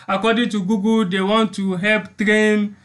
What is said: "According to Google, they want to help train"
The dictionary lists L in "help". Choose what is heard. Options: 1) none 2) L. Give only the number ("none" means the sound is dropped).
2